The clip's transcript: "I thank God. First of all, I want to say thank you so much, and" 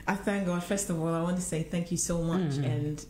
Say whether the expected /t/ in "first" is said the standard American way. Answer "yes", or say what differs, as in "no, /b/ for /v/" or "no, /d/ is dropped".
yes